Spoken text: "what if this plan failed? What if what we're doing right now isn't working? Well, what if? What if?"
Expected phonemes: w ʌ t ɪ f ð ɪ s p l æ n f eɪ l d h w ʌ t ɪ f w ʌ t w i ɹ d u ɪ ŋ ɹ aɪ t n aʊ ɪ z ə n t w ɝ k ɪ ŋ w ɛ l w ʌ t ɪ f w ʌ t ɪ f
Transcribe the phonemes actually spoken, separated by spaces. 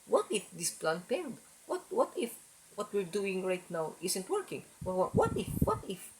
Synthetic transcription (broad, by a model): w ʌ t ɪ f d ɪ s p l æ n p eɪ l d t w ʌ t ɪ f w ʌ t w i ɹ d u ɪ ŋ ɹ aɪ t n aʊ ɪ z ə n t w ɝ k ɪ ŋ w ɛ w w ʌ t ɪ f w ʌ t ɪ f